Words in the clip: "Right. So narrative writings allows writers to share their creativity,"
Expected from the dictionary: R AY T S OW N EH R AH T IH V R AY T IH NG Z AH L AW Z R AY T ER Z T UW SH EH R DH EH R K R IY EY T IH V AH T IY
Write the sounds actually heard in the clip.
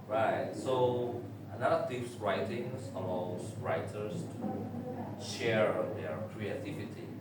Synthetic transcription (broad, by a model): R AY T S OW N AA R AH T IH P R AY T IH NG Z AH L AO S R AY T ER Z T UW SH EH R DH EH R K R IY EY T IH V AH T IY